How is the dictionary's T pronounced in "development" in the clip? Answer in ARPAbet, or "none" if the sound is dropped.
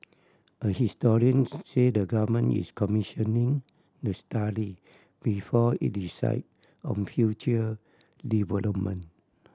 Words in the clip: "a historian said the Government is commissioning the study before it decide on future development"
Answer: none